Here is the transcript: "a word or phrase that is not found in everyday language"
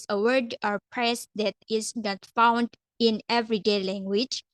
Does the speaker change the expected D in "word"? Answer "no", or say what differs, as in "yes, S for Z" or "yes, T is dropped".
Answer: no